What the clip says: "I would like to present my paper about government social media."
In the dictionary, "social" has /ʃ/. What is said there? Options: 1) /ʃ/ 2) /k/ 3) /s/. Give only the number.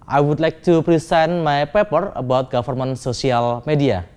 3